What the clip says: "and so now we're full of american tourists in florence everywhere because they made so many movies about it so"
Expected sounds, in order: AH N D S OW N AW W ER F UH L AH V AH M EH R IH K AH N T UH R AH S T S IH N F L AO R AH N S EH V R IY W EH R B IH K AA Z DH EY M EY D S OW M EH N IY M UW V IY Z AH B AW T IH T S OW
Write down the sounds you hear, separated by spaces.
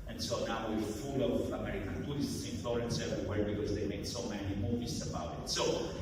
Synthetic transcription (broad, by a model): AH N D S OW N AW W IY F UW L AH V AH M EH R IH K AH N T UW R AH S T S IH N F L AO R AH N S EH R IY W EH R B IH K AA Z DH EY M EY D S OW M EH N IY M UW V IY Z AH B AW T IH T S OW